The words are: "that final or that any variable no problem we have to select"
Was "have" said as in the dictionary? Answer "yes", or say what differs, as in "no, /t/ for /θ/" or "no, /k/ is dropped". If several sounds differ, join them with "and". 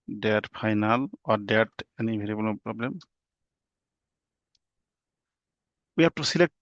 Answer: no, /p/ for /v/